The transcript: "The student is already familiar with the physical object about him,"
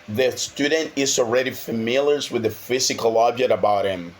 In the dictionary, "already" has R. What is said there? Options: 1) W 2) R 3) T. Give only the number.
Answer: 2